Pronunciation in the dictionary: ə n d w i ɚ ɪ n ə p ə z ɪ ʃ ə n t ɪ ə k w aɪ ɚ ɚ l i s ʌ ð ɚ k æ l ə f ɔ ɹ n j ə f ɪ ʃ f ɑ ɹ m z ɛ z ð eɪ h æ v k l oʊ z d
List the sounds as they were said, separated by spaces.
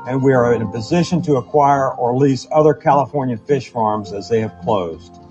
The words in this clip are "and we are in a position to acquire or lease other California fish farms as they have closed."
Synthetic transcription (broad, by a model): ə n w i ɚ ɪ n ə p ə z ɪ ʃ ə n t ɪ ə k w aɪ ɚ ɚ l i s ʌ ð ɚ k æ l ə f ɔ ɹ n j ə f ɪ ʃ f ɑ ɹ m z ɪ z ð eɪ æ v k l oʊ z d